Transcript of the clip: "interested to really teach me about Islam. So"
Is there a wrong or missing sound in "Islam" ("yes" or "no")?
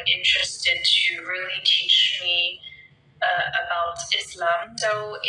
no